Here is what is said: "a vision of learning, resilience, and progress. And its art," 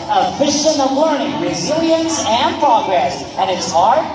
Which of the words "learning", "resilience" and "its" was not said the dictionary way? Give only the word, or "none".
none